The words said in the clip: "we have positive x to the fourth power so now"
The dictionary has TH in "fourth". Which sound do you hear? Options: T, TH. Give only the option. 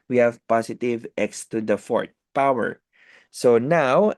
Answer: T